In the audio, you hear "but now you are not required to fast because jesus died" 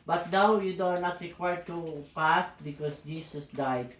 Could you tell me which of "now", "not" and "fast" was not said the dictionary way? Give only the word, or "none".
fast